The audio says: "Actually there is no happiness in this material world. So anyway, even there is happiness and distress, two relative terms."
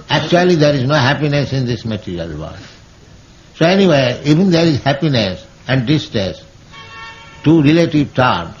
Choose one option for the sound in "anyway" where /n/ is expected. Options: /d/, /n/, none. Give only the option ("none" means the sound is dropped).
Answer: /n/